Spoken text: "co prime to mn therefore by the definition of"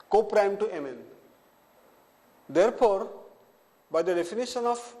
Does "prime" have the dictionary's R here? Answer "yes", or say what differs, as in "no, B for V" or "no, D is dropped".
yes